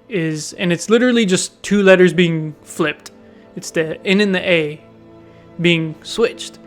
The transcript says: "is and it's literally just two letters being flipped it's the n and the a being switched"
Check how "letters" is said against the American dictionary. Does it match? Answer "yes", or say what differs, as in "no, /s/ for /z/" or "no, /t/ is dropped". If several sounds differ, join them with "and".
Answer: yes